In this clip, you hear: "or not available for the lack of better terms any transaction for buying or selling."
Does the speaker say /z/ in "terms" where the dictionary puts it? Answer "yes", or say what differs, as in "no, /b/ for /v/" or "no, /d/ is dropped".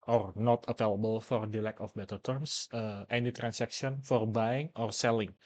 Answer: no, /s/ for /z/